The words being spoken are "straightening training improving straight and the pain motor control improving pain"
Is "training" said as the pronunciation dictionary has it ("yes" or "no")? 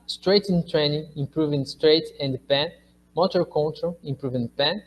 yes